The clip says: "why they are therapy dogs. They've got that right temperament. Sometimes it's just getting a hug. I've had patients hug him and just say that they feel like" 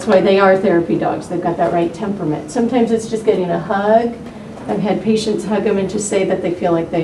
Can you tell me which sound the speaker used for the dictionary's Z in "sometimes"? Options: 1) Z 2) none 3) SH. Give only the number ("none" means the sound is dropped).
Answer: 1